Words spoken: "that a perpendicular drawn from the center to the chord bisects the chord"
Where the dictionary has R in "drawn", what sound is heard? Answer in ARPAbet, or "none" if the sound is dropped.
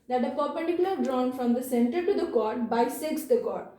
R